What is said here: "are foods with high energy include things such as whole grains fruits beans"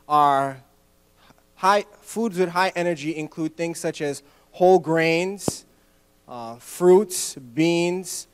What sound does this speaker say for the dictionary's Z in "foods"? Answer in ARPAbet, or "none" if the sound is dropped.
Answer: Z